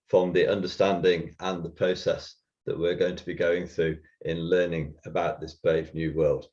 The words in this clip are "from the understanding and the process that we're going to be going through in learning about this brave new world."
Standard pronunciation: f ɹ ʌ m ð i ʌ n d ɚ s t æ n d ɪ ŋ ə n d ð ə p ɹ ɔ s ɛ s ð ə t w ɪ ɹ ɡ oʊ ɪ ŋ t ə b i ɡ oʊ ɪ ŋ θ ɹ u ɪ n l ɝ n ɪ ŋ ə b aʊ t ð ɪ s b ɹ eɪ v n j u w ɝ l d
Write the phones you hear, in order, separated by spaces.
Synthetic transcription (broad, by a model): f ɹ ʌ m ð i ʌ n d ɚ s t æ n d ɪ ŋ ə n ð ə p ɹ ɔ s ɛ s ð ə t w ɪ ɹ ɡ oʊ ɪ ŋ t ə b i ɡ oʊ ɪ ŋ θ ɹ u ɪ n l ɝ n ɪ ŋ ə b aʊ t ð ɪ s b ɹ eɪ v n j u w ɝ l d